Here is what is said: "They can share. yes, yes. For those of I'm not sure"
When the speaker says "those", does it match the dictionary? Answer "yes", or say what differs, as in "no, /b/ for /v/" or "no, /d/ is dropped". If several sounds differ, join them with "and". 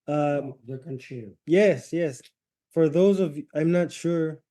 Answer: yes